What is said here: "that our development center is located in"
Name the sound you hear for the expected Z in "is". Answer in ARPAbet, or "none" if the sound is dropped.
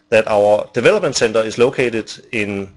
S